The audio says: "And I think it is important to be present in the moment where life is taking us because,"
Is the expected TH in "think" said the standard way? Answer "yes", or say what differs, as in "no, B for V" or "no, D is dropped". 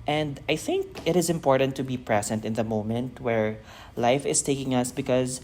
yes